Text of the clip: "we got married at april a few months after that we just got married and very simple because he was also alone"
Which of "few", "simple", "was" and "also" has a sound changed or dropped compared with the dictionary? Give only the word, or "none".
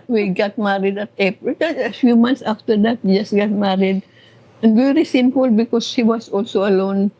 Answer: was